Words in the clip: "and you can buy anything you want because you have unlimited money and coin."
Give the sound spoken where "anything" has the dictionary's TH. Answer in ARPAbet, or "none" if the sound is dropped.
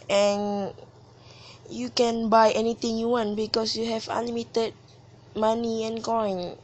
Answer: T